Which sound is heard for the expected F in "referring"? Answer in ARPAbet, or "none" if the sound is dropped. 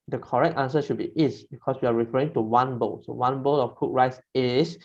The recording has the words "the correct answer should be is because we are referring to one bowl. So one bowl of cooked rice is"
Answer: F